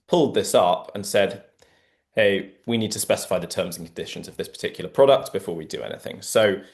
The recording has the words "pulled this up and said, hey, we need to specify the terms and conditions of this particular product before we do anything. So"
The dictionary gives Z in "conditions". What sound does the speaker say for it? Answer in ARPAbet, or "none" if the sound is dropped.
Z